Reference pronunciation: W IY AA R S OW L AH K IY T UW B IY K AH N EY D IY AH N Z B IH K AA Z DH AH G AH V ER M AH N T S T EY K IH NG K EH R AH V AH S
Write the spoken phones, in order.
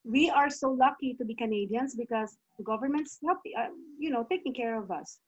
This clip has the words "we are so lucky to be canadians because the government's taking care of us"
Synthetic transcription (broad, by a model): W IY AA R S OW L AH K IY T UW B IY K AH N EY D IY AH N S B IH K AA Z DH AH G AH V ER M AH N T S T EY K IH NG K EH R AH V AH S